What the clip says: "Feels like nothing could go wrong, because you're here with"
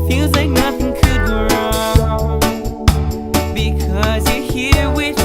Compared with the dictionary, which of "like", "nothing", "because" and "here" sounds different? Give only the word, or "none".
none